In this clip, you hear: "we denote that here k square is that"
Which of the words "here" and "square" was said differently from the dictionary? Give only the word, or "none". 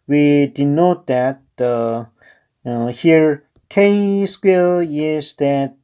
square